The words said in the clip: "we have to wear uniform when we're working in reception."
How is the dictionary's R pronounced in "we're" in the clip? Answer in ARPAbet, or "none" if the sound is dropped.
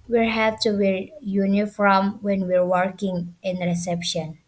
R